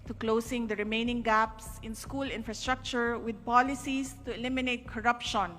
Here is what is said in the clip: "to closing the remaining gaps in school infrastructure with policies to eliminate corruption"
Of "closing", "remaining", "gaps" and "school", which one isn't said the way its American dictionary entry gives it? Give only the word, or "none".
closing